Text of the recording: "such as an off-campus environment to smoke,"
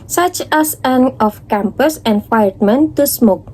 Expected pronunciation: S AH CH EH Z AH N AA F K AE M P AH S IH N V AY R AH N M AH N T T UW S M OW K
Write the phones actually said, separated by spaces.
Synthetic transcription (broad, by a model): S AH CH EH S AH N AA F K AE M P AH S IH N F AY AH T M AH N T T UW S M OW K